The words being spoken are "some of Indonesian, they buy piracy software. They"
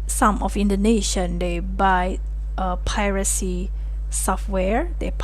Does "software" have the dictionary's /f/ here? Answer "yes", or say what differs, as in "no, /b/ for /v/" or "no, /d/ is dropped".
yes